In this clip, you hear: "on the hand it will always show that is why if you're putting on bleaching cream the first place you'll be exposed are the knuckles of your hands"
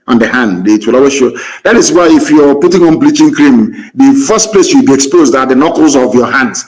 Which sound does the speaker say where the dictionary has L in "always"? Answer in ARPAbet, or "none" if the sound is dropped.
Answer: none